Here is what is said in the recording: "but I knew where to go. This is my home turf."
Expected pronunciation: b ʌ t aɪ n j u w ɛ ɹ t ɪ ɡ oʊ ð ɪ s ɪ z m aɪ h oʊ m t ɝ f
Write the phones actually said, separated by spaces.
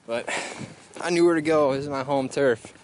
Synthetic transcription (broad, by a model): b ʌ t aɪ n j u w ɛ ɹ t ɪ ɡ oʊ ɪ ɪ z m aɪ h oʊ m t ɝ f